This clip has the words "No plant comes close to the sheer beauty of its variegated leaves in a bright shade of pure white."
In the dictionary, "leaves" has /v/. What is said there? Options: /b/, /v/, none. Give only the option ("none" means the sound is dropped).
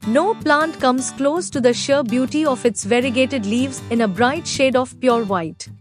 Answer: /v/